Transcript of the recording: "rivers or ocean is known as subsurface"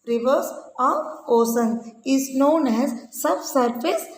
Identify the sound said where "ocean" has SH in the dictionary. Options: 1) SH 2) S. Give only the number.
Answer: 2